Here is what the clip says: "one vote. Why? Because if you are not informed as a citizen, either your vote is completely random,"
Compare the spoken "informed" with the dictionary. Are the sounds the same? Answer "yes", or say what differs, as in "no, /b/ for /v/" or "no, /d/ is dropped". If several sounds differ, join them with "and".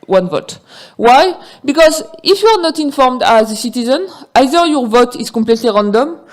yes